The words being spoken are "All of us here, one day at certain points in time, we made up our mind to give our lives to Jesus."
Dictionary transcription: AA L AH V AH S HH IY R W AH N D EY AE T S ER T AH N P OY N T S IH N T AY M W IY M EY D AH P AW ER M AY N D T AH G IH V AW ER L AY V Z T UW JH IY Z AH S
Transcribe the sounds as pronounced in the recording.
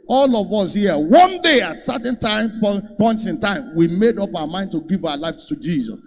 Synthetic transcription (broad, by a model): AA L AH V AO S HH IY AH W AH N D EY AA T S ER T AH N P OY N T S IH N T AY M W IY M EY D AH P AW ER M AY N D T AH G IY V AW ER L AY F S T UW JH IY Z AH S